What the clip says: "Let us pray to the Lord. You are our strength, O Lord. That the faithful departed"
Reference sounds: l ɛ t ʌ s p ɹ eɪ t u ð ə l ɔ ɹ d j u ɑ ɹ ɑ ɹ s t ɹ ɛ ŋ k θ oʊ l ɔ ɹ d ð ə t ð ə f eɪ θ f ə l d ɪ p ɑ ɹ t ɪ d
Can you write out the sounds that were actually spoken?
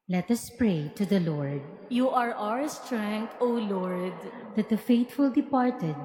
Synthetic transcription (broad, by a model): l ɛ t ʌ s p ɹ eɪ t u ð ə l ɔ ɹ d j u ɑ ɹ ɑ ɹ s t ɹ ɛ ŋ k t oʊ l ɔ ɹ d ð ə t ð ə f eɪ t f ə l d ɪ p ɑ ɹ t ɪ d